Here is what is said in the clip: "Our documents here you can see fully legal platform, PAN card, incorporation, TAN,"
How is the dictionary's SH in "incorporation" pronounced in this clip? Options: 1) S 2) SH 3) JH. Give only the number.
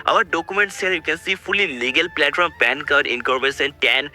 1